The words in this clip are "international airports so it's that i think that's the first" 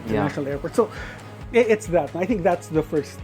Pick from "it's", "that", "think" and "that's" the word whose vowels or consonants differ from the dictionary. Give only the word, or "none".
none